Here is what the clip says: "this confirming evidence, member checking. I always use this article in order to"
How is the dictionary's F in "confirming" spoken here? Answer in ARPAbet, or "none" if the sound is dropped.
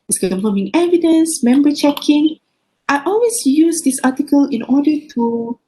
none